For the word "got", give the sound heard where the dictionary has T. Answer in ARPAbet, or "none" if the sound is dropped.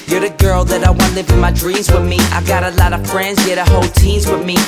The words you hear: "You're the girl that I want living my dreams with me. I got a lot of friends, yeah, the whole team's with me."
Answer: T